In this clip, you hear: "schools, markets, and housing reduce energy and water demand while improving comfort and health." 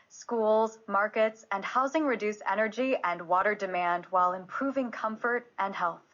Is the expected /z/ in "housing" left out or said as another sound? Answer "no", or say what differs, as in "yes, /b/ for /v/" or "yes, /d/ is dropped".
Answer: no